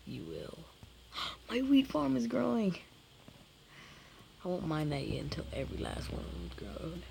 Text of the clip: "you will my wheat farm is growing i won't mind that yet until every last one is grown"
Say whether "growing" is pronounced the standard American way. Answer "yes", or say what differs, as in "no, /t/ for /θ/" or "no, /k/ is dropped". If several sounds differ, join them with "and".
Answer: yes